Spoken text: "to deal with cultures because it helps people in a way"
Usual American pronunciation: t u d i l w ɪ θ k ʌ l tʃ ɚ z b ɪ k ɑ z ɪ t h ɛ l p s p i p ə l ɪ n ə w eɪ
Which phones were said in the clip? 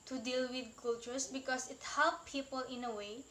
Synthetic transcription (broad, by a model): t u d i l w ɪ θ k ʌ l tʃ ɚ s b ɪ k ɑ s ɪ t h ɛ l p p i p ə l ɪ n ə w eɪ